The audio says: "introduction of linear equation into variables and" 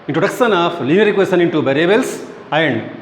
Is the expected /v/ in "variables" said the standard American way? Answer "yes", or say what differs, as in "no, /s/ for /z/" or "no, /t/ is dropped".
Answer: no, /b/ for /v/